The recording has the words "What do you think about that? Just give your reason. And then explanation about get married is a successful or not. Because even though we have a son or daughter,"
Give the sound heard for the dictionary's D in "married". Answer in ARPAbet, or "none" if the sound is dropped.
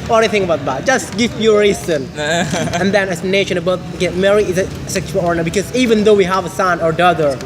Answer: none